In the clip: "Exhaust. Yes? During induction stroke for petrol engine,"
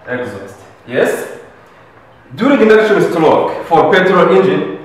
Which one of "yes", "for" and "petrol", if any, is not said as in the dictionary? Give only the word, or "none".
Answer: petrol